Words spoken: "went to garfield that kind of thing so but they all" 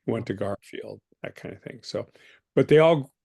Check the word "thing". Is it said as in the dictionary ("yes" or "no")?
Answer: yes